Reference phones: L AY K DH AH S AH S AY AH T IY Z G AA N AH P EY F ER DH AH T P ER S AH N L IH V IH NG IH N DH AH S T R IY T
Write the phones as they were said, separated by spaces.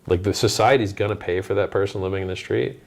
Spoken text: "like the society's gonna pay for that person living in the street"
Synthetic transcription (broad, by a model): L AY K DH AH S AH S AY AH T IY Z G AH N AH P EY F ER DH AH T P ER S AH N L IH V IH NG IH N DH AH S T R IY T